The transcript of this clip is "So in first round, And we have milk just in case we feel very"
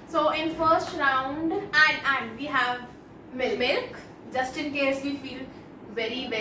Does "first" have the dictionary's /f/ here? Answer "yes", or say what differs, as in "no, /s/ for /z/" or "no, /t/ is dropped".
yes